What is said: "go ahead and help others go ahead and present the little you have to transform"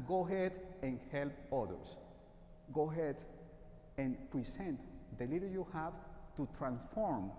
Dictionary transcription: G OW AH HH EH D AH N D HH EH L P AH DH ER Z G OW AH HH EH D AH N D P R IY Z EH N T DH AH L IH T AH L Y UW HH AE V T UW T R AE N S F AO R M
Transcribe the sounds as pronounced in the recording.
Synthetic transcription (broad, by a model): G OW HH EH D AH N HH EH L P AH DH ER S G OW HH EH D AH N P R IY S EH N T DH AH L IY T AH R Y UW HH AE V T UW T R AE N S F AO R M